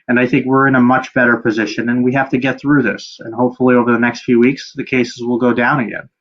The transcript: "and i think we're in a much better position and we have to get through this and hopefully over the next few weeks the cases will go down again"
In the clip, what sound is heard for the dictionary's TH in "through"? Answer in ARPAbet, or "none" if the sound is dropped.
TH